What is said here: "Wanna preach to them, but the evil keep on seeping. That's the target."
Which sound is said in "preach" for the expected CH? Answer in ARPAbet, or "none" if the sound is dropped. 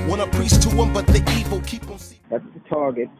S